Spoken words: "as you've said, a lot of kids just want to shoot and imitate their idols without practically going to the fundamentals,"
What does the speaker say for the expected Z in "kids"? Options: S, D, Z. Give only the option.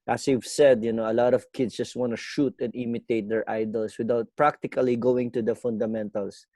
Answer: S